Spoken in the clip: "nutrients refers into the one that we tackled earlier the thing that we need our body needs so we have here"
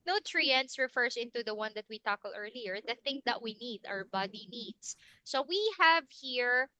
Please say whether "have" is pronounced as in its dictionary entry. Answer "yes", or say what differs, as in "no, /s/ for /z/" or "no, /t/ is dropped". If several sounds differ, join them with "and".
yes